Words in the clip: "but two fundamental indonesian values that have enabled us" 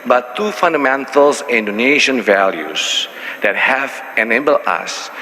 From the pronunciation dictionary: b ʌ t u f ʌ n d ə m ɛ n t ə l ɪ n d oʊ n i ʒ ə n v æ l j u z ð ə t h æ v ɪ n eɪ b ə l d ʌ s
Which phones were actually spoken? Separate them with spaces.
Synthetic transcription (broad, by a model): b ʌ t u f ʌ n d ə m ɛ n t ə l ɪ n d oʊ n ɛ ʃ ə n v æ l j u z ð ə t h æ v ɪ n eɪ b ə l ʌ s